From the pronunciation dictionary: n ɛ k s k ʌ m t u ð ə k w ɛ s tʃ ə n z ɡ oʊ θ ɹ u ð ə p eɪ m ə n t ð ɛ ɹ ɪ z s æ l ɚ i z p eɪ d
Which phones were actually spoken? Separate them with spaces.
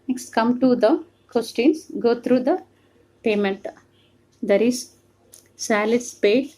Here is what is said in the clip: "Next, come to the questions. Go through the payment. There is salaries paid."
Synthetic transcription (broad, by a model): n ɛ k s k ʌ m t u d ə k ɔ s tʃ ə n s ɡ oʊ t ɹ u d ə p eɪ m ə n t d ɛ ɹ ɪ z s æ l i s p eɪ